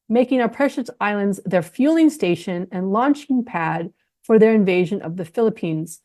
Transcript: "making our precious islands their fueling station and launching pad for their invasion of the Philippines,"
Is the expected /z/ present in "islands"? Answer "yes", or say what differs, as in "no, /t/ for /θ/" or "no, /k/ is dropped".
yes